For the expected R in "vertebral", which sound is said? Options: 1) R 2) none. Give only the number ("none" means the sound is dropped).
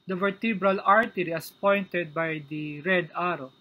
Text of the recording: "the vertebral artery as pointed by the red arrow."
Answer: 1